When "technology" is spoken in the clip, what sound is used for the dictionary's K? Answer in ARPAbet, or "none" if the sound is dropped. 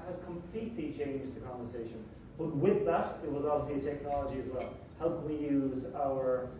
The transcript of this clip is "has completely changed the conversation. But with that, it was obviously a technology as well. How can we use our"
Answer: K